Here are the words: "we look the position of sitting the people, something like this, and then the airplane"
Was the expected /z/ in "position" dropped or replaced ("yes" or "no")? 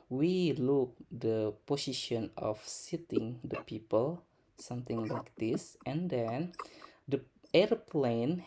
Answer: yes